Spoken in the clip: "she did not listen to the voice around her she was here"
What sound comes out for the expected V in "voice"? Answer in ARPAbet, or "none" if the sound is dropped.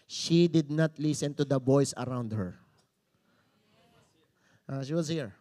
B